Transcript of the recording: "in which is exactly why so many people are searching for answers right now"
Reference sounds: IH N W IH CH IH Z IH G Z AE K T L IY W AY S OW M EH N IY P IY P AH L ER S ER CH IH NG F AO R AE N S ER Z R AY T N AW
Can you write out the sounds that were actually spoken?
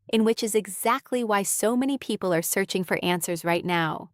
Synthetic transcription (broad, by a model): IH N W IH CH IH Z IH G Z AE K T L IY W AY S OW M EH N IY P IY P L ER S ER CH IH NG F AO R AE N S ER Z R AY T N AW